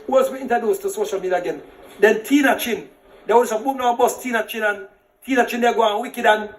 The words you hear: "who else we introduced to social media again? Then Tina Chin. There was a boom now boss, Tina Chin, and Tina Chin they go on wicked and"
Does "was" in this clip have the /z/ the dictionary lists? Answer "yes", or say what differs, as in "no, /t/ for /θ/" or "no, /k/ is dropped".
no, /s/ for /z/